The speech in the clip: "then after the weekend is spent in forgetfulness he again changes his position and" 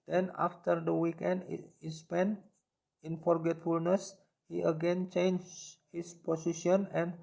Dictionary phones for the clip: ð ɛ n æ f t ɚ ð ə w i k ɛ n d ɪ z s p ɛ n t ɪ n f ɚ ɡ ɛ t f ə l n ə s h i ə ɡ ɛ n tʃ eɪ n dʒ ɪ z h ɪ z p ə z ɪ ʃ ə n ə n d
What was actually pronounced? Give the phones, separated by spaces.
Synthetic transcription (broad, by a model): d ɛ n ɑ f t ɚ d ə w i k ɛ n d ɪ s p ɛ n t ɪ n f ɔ ɡ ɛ t f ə l n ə s h i ə ɡ ɛ n tʃ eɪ n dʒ h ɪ s p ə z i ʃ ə n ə n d